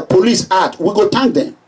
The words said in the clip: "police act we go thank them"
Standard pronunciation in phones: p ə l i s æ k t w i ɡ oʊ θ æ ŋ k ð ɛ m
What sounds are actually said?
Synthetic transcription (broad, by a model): p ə l i s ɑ t w i ɡ oʊ t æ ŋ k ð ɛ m